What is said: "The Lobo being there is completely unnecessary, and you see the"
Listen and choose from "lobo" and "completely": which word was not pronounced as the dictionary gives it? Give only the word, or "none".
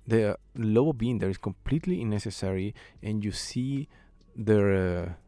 lobo